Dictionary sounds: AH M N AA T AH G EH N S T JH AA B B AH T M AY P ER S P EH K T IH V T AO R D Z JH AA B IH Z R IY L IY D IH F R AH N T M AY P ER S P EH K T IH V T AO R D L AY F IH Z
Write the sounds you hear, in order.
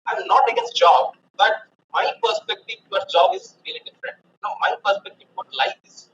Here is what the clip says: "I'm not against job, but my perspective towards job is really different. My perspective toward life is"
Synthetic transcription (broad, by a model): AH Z N AA T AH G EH S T JH AA B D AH T M AY P ER S P EH K T IH V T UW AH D S JH AA B IH Z R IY L IY D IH F R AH N T M AY P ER S P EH K T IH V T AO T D L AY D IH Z